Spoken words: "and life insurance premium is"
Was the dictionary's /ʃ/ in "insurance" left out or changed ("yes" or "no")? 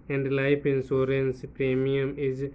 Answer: yes